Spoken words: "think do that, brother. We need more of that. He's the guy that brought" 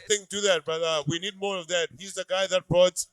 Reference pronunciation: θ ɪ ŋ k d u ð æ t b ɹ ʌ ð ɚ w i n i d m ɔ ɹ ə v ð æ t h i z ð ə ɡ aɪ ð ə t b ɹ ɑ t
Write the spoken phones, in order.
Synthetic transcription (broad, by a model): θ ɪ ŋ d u ð æ t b ʌ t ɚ w i n i d m ɔ ɹ ə v ð æ t h i z ð ə ɡ aɪ ð ə t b ɹ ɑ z